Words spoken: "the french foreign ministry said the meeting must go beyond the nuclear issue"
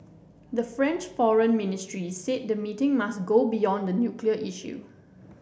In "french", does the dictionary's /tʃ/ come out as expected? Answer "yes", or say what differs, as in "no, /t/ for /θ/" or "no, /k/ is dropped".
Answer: yes